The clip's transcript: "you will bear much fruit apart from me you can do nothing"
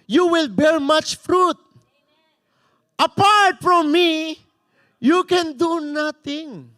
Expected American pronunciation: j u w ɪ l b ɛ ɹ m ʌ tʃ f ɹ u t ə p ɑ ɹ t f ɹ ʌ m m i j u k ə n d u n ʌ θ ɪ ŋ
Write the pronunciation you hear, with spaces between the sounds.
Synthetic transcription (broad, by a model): j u w ɪ l b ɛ l m ʌ tʃ f ɹ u t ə p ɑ ɹ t f ɹ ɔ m m i j u k ə n d u n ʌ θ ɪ ŋ